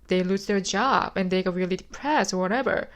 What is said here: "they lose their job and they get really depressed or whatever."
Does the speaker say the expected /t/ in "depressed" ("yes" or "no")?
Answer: no